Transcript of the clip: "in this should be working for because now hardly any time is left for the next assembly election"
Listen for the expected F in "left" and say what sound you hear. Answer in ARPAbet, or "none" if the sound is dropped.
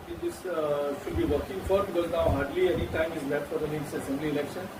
none